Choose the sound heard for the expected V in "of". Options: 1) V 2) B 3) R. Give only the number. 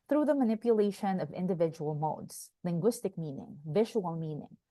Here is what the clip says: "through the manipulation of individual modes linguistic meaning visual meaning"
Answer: 1